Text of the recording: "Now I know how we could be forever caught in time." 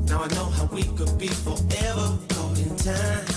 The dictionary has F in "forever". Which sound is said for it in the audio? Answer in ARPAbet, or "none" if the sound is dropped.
F